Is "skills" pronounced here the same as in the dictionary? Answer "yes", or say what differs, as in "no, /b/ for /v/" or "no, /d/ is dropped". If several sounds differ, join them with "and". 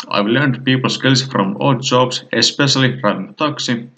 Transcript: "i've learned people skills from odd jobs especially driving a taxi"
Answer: no, /s/ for /z/